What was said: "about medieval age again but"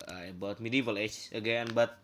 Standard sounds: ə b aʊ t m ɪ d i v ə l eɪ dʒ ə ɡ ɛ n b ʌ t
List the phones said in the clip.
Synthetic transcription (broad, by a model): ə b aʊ t m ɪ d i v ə l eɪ tʃ ə ɡ ɛ n b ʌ t